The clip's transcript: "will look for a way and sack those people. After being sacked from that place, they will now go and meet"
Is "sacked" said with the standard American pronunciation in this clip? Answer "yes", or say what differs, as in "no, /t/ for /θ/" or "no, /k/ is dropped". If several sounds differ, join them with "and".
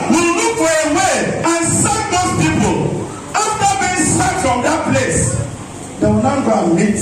no, /k/ is dropped